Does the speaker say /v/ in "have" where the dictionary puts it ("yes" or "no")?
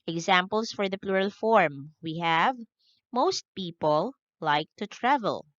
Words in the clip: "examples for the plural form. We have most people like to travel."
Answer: yes